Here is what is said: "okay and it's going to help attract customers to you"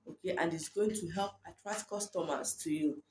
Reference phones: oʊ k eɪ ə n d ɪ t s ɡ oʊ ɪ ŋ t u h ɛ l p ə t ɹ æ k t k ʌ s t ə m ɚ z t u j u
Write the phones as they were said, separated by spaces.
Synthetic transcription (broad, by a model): oʊ k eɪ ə n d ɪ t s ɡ oʊ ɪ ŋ t u h ɛ l p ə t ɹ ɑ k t k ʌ s t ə m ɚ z t u j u